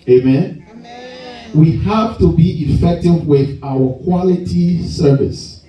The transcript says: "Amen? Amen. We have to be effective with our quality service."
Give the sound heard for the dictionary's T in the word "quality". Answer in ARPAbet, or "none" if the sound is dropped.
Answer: T